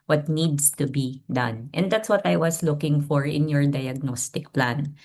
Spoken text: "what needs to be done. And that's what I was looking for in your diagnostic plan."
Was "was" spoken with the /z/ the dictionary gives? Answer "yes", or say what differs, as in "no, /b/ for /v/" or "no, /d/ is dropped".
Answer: no, /s/ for /z/